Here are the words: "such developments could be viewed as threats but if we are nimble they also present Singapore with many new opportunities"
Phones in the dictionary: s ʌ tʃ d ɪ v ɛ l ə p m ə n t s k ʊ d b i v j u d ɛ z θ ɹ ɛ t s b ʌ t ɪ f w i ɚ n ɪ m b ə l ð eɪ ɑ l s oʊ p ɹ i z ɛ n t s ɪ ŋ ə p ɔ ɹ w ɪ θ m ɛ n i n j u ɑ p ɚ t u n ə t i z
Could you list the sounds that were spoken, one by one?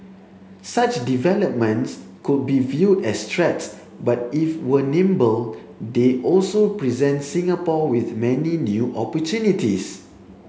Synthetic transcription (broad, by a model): s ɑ tʃ d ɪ v ɛ l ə p m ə n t s k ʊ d b i v j u d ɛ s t ɹ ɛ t s b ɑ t ɪ f w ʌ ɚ n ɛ m b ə l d eɪ ɑ l s oʊ p ɹ i z ɛ n t s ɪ ŋ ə p ɔ w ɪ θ m ɛ n i n j u ɑ p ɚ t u n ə t i s